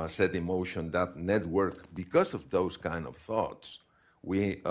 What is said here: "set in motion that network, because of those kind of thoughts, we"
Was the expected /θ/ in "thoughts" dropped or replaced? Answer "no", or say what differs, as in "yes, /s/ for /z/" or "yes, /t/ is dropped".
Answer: no